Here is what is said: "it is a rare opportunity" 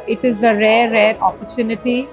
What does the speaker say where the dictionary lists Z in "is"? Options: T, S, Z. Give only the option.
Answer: Z